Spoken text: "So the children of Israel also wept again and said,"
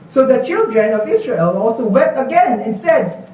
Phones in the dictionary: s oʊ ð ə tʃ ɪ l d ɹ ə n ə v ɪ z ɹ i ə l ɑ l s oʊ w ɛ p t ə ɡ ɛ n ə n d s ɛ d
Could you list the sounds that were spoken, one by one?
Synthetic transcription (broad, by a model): s oʊ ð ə tʃ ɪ l d ɹ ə n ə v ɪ s ɹ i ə l ɑ l s oʊ w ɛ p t ə ɡ ɛ n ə n s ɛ d